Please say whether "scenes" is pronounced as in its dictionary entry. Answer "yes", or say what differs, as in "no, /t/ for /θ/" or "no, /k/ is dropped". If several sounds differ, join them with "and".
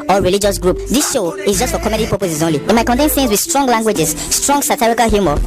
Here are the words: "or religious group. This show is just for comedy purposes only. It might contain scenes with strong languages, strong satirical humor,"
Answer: no, /θ/ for /s/